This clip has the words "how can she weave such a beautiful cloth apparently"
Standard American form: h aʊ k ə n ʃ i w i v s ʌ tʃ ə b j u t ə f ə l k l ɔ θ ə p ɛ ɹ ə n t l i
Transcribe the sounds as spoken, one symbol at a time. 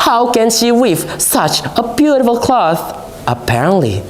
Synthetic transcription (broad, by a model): h aʊ k ə n ʃ i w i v s ʌ tʃ ə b j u t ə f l k l ɔ θ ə p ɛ ɹ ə n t l i